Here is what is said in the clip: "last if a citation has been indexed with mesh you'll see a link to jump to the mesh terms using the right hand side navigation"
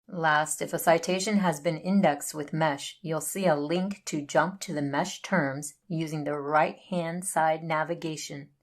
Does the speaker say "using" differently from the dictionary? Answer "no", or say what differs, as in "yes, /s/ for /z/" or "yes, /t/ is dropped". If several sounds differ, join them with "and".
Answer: no